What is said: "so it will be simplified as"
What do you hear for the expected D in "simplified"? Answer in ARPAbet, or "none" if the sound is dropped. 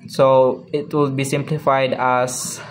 D